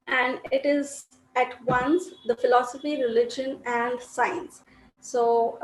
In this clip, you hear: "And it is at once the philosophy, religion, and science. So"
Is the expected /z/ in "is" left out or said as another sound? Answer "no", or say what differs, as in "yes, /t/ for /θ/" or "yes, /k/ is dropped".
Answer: no